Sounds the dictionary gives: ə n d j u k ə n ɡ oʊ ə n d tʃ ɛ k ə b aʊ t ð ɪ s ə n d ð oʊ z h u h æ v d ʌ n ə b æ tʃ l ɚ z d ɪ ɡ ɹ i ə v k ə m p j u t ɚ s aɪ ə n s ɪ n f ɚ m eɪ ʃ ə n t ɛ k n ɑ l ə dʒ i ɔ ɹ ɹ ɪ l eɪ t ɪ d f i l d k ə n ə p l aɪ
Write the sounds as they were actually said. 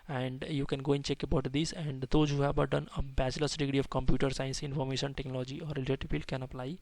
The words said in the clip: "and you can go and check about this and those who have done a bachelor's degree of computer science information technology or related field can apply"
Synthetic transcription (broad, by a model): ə n d j u k ə n ɡ oʊ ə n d tʃ ɛ k ə b aʊ t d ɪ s ə n d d oʊ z h u h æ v d ʌ n ə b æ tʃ l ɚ s d ɪ ɡ ɹ i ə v k ə m p j u t ɚ s aɪ ə n s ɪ n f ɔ m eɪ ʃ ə n t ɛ k n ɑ l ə dʒ i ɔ ɹ l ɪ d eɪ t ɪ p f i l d k ə n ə p l aɪ